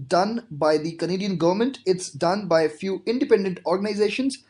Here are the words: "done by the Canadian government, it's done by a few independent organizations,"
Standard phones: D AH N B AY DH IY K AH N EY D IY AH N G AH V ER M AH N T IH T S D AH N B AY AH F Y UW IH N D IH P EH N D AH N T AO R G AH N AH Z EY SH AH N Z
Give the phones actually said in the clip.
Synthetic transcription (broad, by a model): D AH N B AY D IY K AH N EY D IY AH N G AH V ER M AH N T IH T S D AH N B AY AH F Y UW IH N D IH P EH N D AH N T AO R G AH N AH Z EY SH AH N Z